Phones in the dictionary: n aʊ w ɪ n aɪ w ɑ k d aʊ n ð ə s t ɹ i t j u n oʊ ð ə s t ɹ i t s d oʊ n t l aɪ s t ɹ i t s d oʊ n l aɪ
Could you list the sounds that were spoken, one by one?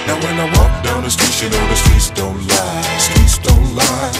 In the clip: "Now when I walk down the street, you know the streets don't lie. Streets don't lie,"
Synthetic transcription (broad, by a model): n w ɪ n aɪ w ɑ k d aʊ n ð ə s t i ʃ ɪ n oʊ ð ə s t i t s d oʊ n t l aɪ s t i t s d oʊ n l aɪ